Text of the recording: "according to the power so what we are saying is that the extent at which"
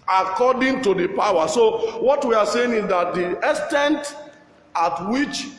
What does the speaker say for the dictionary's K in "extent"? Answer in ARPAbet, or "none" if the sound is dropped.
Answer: none